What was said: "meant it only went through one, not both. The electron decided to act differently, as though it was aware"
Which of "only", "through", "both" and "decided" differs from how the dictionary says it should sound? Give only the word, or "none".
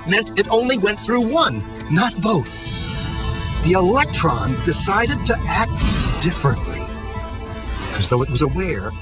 none